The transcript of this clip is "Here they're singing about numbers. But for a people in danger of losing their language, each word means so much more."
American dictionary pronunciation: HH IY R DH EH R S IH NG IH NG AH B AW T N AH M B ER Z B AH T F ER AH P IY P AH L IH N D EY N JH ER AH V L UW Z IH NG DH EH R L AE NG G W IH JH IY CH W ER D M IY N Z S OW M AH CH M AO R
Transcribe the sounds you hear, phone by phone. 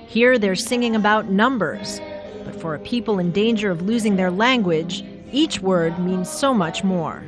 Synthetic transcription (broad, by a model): HH IY R DH EH R S IH NG IH NG AH B AW T N AH M B ER Z B AH T F ER AH P IY P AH L IH N D EY N JH ER AH V L UW Z IH NG DH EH R L AE NG G W IH JH IY CH W ER D M IY N Z S OW M AH CH M AO R